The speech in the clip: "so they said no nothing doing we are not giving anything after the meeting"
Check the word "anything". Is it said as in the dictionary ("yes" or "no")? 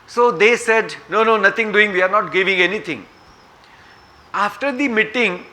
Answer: no